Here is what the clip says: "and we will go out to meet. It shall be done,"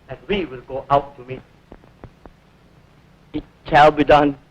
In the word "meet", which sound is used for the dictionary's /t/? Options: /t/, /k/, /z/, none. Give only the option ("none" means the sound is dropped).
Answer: none